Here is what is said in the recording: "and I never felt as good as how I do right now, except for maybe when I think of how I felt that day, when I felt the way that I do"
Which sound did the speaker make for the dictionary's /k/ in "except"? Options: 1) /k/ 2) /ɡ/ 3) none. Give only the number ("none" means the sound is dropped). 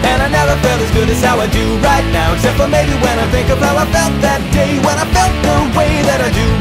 3